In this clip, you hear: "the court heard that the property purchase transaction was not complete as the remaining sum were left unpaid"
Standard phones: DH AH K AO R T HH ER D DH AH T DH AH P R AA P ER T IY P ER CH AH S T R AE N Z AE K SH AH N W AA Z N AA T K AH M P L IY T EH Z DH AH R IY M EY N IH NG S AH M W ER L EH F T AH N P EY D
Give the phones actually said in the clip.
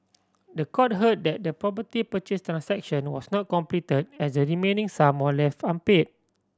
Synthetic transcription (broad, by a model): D AH K AO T HH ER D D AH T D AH P R AA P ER T IY P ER CH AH S T R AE N S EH K SH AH N W AA S N AA T K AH M P L IY T EH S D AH R IY M EY N IH NG S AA M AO L EH F T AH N P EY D